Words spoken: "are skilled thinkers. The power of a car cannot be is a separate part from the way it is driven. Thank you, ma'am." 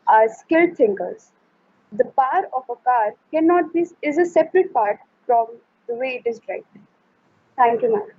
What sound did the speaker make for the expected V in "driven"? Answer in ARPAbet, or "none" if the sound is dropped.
none